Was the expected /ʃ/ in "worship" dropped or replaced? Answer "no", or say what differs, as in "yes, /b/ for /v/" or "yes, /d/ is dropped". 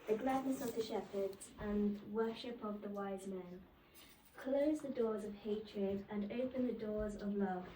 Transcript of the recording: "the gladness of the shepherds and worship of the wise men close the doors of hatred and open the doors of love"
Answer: no